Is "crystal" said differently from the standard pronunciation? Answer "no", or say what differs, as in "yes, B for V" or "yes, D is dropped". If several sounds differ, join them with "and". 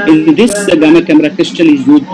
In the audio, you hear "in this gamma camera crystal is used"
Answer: no